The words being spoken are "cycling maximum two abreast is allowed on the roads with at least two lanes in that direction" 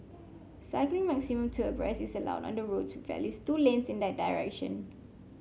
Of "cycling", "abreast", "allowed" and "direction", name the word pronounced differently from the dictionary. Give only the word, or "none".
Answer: abreast